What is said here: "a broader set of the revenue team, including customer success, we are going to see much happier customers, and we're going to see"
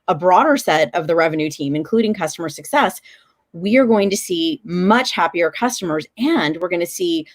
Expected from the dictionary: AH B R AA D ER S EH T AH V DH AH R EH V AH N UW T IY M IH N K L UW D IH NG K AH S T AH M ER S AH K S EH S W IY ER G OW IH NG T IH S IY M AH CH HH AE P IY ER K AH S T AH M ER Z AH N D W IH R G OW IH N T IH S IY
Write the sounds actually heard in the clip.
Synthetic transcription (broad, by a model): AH B R AA D ER S EH T AH V DH AH R EH V AH N UW T IY M IH N K L UW D IH NG K AH S T AH M ER S AH K S EH S W IY ER G OW IH NG T IH S IY M AH CH HH AE P IY ER K AH S T AH M ER Z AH N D W IH R G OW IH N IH S IY